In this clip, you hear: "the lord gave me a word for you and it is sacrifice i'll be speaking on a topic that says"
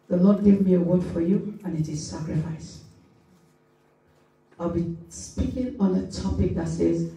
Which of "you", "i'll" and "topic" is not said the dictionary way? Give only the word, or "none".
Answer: none